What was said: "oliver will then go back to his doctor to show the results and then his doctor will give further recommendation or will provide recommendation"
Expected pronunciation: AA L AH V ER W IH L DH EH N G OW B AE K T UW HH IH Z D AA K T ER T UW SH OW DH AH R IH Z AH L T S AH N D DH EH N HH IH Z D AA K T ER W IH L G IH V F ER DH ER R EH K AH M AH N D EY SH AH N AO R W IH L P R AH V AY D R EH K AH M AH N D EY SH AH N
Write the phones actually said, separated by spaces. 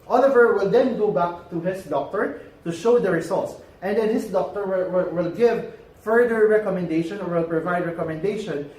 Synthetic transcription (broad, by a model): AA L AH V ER W IH L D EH N G OW B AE K T UW HH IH S D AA K T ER T UW SH OW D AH R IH S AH L T S AH N D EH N HH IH S D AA K T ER W IH L G IH V F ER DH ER R EH K AH M AH N D EY SH AH N AO R W IH L P R AH V AY D R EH K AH M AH N D EY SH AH N